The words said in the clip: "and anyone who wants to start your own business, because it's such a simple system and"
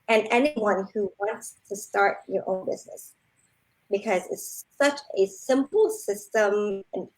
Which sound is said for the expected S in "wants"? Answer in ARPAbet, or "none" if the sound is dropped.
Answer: S